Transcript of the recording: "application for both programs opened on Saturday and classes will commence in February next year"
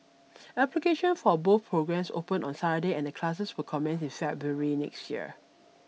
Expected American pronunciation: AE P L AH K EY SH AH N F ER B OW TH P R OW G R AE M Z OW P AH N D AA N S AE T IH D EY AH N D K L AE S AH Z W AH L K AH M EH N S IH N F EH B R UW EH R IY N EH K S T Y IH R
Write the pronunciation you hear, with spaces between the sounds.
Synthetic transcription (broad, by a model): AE P L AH K EY SH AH N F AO B OW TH P R OW G R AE M S OW P AH N AA N S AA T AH D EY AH N D K L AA S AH S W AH K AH M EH N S IH N F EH B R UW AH R IY N EH K S T Y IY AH